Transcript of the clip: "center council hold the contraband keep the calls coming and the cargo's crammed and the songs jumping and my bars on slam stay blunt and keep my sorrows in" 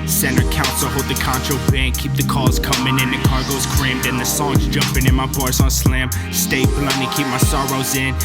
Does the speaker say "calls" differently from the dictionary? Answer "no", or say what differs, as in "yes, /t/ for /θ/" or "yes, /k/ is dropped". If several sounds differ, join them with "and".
yes, /l/ is dropped